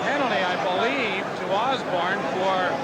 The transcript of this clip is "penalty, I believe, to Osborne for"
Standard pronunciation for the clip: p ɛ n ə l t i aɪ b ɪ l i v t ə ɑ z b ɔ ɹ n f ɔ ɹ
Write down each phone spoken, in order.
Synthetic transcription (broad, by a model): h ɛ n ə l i aɪ b ɪ l i v t ə ɑ z b ɔ ɹ n f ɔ ɹ